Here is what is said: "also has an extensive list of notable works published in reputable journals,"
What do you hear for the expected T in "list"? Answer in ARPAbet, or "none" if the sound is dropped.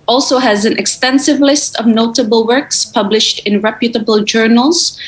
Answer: T